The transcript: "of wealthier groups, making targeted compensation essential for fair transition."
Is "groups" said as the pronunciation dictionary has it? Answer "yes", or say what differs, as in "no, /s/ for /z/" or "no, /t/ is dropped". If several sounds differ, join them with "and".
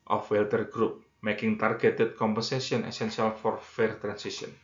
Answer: no, /s/ is dropped